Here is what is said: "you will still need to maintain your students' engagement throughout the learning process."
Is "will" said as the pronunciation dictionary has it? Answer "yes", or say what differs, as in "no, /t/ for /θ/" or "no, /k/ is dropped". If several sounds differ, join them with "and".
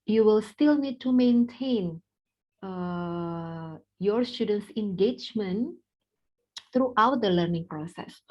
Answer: yes